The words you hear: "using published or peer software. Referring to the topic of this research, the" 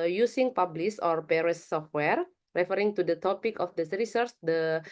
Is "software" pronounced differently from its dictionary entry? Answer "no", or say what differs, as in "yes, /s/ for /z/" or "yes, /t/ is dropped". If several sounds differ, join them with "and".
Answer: no